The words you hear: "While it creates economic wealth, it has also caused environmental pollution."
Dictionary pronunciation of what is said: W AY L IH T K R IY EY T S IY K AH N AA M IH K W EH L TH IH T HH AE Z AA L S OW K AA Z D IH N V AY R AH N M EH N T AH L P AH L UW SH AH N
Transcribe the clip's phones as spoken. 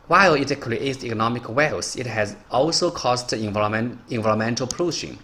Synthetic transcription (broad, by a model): W AY L IH T K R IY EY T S IY K AH N AA M IH K W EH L S IH T HH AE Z AA L S OW K AA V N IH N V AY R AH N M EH N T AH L P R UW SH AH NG